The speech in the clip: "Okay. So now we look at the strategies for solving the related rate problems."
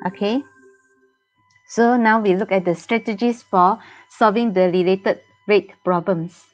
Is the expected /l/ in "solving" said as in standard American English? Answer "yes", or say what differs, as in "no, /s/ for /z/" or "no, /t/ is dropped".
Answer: yes